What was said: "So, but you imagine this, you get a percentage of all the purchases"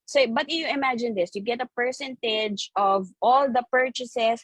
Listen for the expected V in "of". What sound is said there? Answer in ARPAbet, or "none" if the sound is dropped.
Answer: V